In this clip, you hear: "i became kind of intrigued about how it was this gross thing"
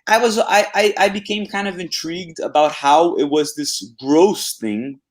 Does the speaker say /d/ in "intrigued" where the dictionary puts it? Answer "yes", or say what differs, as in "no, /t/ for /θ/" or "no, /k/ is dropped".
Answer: yes